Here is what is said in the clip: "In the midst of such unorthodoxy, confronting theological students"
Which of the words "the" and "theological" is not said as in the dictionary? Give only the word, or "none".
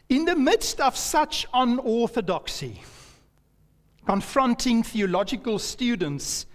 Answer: none